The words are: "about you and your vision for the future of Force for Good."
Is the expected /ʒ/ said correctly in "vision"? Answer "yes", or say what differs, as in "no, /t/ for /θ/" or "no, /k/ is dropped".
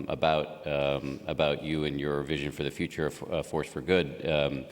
yes